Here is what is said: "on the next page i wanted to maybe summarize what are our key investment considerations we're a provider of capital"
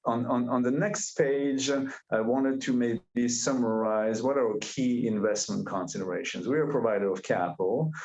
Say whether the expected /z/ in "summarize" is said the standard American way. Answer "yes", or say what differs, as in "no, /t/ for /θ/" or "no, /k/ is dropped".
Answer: yes